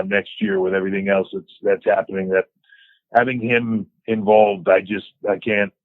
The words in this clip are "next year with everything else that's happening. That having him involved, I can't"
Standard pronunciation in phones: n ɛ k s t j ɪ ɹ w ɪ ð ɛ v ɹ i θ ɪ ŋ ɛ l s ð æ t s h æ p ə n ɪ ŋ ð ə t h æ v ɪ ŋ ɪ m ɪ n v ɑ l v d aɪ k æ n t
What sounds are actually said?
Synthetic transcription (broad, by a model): n ɛ k s t j ɪ ɹ w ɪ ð ɛ v ɹ i θ ɪ ŋ ɛ l s ð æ t s h æ p ə n ɪ ŋ ð ə t h æ v ɪ ŋ ɪ m ɪ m v ɑ l v d aɪ k æ n t